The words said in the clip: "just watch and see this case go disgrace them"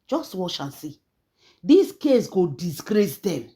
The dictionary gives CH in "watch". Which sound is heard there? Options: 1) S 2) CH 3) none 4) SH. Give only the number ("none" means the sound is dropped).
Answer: 4